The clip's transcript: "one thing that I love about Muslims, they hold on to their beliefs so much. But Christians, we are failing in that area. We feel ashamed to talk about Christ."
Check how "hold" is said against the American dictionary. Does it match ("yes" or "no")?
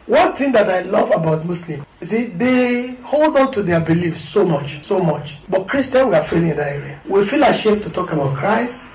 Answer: yes